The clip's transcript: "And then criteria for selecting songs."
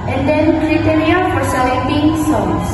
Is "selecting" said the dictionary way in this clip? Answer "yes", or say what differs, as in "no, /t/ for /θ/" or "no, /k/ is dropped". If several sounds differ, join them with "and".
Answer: no, /k/ is dropped